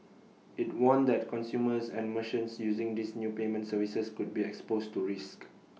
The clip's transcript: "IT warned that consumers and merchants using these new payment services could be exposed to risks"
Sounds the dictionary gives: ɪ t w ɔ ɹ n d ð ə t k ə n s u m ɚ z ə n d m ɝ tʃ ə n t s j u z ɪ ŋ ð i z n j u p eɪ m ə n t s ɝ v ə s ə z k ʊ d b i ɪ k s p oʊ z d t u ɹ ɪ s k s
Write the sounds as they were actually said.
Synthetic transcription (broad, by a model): ɪ t w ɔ n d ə t k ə n s u m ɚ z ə n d m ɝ ʃ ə n s j u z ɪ ŋ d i s n j u p eɪ m ə n t s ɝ v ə s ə s k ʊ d b i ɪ k s p oʊ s t u ɹ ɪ s k